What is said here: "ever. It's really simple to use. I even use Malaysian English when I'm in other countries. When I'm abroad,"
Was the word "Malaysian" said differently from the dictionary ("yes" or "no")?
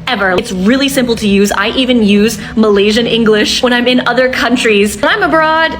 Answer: no